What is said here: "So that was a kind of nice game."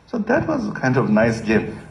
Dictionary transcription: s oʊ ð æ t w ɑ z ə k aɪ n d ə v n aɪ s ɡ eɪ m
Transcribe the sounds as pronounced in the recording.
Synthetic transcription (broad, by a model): s oʊ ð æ t w ɑ z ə k aɪ n d ə v n aɪ s ɡ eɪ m